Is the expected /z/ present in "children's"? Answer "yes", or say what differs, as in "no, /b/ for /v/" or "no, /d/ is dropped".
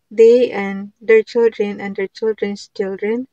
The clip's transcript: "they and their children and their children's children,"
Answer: no, /s/ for /z/